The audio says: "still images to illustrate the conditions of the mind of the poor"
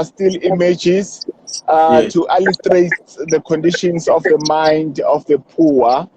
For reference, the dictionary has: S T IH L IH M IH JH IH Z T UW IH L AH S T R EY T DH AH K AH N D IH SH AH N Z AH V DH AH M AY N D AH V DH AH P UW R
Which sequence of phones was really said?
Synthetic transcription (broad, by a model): S T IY L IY M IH JH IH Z T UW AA L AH T R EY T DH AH K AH N D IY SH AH N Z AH F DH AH M AY N D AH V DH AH P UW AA